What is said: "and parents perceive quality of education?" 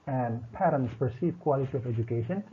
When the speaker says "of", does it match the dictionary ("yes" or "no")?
yes